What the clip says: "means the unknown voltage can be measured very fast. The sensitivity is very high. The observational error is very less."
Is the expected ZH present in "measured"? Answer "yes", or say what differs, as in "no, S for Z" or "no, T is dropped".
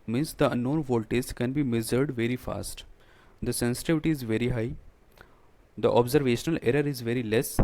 no, Z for ZH